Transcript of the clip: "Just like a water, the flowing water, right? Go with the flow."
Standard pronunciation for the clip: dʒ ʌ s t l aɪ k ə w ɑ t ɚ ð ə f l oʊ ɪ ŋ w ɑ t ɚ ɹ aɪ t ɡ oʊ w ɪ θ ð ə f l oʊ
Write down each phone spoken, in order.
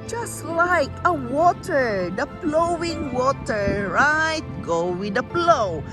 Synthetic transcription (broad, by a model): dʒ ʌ s t l aɪ k ə w ɑ t ɚ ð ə p l oʊ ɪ ŋ w ɑ t ɚ ɹ aɪ t ɡ oʊ w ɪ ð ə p l oʊ